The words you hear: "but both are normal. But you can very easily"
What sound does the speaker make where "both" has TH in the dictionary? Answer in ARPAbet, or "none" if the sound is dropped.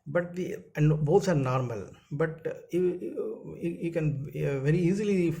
S